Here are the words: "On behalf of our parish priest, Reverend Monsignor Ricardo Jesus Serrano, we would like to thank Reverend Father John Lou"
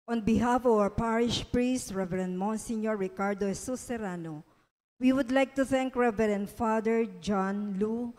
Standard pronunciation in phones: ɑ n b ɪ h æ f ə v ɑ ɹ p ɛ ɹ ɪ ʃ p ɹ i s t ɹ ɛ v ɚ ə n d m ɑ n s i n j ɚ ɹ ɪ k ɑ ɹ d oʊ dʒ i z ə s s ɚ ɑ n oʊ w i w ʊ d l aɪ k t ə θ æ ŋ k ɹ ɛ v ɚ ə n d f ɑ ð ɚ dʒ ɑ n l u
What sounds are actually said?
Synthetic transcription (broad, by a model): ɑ n b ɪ h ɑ f ə v ɑ ɹ p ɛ ɹ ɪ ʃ p ɹ i s t ɹ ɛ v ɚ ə n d m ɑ n s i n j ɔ ɹ ɪ k ɑ ɹ d oʊ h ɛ s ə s s ɚ ɑ n oʊ w i w ʊ d l aɪ k t ə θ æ ŋ k ɹ ɛ v ɚ ə n d f ɑ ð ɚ dʒ ɑ n l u